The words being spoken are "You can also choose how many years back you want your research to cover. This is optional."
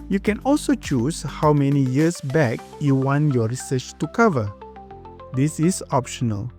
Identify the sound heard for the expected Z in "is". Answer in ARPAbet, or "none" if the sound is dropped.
S